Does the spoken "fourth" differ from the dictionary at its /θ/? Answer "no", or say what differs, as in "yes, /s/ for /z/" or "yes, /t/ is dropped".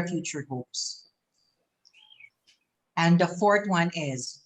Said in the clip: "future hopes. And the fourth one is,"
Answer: yes, /t/ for /θ/